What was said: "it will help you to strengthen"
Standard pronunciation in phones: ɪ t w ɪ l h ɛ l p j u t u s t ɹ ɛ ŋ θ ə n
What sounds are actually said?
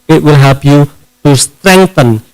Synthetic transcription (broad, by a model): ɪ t w ɪ l h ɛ p j u t u s t ɹ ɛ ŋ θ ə n